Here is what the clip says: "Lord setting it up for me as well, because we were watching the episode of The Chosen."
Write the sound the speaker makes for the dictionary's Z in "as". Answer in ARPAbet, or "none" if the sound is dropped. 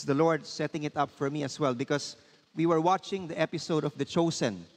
S